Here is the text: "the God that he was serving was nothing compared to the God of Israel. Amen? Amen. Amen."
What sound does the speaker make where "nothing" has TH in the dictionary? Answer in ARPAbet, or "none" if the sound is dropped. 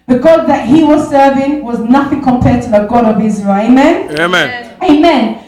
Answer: TH